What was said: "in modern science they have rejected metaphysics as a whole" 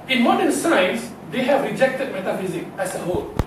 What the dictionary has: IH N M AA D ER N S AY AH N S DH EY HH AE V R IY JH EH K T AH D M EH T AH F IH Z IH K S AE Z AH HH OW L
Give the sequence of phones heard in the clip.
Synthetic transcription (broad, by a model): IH N M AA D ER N S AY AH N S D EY HH AE V R IY JH EH K T AH D M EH T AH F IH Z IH K AE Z AH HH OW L